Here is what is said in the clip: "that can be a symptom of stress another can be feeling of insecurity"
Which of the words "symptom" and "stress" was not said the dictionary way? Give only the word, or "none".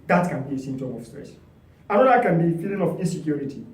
symptom